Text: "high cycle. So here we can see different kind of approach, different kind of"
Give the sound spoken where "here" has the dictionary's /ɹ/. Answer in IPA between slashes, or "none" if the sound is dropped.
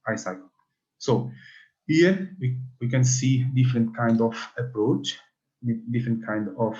/w/